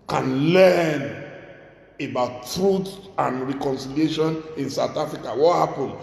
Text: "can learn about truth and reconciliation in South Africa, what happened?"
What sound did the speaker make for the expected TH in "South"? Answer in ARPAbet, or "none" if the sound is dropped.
T